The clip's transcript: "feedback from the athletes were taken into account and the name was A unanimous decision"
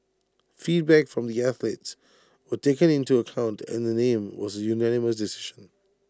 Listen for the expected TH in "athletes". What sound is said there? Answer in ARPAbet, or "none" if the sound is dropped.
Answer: TH